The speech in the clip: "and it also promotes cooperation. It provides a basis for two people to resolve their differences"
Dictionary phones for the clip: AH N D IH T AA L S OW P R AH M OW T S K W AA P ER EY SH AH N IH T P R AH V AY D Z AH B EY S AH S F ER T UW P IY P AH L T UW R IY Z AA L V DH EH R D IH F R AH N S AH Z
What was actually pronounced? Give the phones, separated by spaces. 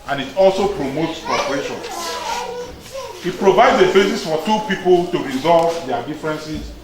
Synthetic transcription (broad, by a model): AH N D IH T AA L S OW P R AH M OW T S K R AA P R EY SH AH N IH T P R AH V AY D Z AH B EY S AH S F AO T UW P IY P AH L T UW R IY Z AA L V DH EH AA D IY F R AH N S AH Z